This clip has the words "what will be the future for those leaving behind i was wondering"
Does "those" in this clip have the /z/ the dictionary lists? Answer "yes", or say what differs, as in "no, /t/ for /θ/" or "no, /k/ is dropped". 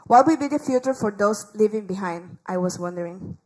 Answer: no, /s/ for /z/